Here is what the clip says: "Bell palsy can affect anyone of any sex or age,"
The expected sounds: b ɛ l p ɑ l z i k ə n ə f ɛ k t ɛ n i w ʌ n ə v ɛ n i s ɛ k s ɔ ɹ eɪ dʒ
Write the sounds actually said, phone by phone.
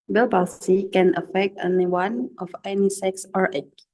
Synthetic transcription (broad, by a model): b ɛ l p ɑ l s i k ə n ə f ɛ k t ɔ n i w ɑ n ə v ɛ n i s ɛ k s ɔ ɹ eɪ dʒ